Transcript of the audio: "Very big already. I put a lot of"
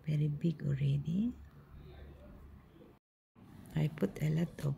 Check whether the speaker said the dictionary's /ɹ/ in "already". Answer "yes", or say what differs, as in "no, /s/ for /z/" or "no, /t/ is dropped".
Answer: yes